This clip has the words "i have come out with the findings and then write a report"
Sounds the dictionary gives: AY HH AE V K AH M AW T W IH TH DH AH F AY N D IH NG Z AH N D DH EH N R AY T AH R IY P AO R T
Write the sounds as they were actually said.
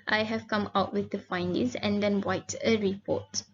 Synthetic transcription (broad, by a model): AY HH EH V K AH M AW T W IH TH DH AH F AY N D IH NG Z AH N D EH N W AY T AH R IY P AO T